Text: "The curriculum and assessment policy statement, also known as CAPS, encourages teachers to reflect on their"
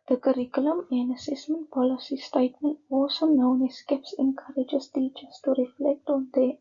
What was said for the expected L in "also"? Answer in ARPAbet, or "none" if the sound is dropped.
none